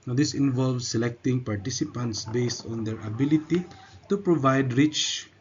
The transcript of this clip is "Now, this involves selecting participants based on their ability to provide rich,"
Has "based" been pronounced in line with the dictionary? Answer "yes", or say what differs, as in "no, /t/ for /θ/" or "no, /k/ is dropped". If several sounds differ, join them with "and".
yes